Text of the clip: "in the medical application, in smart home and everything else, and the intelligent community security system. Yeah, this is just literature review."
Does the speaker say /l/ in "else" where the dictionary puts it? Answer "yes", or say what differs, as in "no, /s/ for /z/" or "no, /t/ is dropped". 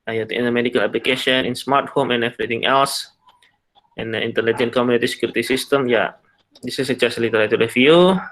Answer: yes